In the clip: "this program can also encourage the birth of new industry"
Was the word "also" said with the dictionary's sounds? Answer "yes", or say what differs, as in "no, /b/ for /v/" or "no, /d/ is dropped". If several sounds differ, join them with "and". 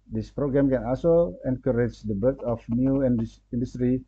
no, /l/ is dropped